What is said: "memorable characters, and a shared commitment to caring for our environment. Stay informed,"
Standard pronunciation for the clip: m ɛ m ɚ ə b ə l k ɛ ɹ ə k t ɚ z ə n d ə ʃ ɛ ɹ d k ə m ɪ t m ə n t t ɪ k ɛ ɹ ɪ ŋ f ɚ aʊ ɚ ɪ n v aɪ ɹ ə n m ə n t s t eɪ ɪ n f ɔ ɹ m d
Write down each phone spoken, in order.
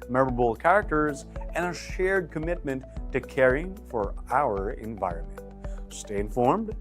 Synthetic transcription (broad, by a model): m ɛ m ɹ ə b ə l k ɛ ɹ ə k t ɚ z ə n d ə ʃ ɛ ɹ d k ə m ɪ t m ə n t t ɪ k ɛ ɹ ɪ ŋ f ɚ aʊ ɚ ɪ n v aɪ ɹ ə n m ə n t s t eɪ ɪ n f ɔ ɹ m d